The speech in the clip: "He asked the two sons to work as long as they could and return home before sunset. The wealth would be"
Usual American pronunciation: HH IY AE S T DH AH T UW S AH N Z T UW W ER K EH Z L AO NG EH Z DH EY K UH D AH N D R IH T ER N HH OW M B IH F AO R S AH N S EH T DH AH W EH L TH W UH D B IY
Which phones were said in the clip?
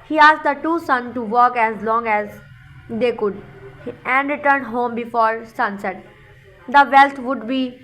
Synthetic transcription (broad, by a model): HH IY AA S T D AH T UW S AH N T UW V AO K EH Z L AO NG EH Z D EY K UH D AH N D R IH T ER N HH OW M B IH F AO R S AH N S EH T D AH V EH L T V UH D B IY